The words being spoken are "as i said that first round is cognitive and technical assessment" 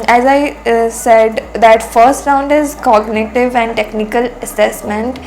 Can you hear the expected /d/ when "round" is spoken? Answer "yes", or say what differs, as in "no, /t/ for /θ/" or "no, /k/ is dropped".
yes